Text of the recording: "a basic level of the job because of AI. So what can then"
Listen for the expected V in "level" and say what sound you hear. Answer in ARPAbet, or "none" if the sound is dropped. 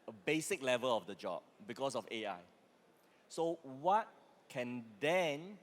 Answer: V